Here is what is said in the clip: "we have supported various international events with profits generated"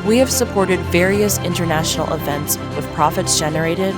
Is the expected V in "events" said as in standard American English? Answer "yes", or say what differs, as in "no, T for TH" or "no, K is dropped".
yes